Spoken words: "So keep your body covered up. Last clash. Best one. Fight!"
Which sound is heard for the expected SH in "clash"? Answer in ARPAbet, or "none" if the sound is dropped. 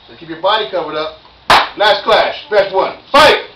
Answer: SH